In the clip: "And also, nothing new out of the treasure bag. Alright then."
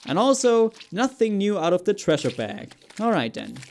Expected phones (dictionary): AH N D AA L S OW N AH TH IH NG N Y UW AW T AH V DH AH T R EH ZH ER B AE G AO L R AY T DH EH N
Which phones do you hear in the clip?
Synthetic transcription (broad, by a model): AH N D AA L S OW N AH TH IH NG N Y UW AW T AH V DH AH T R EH SH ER B AE G AO L R AY T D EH N